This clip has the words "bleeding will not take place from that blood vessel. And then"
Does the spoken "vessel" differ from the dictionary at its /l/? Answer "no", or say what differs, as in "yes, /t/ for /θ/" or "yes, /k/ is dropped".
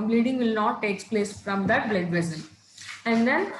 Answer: yes, /n/ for /l/